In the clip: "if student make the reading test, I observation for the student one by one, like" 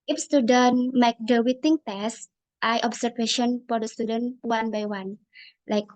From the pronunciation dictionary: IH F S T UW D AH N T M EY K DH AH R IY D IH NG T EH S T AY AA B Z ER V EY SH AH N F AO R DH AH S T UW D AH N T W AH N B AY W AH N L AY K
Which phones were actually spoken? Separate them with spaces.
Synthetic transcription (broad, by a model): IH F S T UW D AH N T M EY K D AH W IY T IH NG T EH S T AY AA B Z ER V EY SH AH N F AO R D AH S T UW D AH N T W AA N B AY W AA N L AY K